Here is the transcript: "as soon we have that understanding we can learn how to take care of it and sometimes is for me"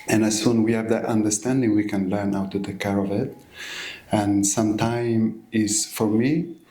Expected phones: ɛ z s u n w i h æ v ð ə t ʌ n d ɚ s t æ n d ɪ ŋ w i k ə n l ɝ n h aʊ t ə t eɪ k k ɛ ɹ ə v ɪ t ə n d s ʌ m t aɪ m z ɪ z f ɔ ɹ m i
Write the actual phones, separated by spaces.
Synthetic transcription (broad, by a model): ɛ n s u n w i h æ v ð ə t ʌ n d ɚ s t æ n d ɪ ŋ w i k ə n l ɝ n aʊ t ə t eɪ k k ɛ ɹ ə v ɪ t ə n s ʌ m t aɪ m ɪ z f ɔ ɹ m i